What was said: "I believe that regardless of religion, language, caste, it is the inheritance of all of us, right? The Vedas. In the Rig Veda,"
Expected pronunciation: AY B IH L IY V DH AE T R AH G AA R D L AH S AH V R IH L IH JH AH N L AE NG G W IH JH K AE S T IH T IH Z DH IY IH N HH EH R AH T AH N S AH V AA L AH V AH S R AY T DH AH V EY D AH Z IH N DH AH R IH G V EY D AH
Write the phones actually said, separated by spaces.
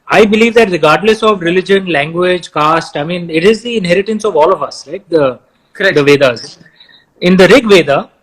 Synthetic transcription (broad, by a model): AY B IH L IY V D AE T R AH G AA R D L AH S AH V R IH L IH JH AH N L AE NG G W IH JH K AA S T IH T IH Z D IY IH N HH EH R AH T AH N S AH V AA L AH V AH S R AY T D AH V EY D AH Z IH N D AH R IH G V EY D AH